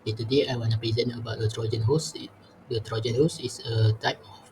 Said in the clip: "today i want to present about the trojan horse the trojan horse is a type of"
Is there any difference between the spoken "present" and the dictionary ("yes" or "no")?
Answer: yes